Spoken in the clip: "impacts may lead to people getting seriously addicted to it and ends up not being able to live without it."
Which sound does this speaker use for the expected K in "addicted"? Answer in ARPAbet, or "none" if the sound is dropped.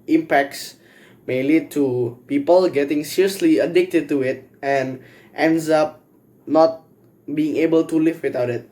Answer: K